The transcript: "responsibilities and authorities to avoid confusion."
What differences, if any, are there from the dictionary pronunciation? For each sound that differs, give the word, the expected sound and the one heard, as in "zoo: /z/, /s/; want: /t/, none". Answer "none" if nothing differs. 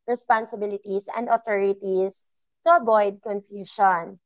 authorities: /θ/, /t/; authorities: /z/, /s/; avoid: /v/, /b/